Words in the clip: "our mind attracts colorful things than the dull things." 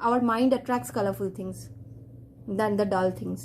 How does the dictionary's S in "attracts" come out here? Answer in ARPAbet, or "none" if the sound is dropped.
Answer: S